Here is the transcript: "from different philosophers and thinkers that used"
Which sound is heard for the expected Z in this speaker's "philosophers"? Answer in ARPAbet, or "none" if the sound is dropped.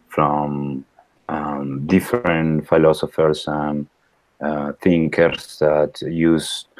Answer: S